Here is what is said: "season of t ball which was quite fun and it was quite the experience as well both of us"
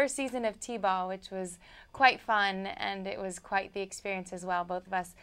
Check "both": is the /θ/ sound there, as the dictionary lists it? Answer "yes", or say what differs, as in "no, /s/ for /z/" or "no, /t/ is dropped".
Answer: yes